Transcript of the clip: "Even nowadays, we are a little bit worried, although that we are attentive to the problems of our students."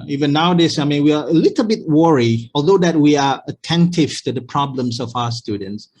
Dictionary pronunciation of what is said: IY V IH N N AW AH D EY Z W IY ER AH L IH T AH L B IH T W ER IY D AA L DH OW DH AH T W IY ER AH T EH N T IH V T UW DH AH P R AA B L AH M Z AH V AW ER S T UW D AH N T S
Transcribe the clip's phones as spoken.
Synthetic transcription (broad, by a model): IY V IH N N AW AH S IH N W IY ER AH L IH T AH L B IH T W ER IY AA L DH OW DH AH T W IY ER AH T EH N T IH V T UW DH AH P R AA B L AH M S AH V AW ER S T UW D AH N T S